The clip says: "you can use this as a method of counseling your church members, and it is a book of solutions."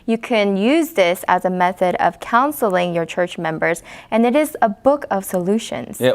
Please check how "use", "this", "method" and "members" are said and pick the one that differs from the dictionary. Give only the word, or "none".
none